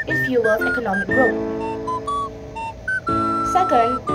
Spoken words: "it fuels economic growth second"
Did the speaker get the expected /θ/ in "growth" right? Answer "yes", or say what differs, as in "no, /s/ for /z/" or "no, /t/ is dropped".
no, /t/ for /θ/